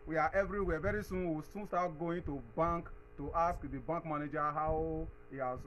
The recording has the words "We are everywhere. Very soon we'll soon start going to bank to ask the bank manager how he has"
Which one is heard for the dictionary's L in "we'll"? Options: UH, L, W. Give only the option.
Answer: W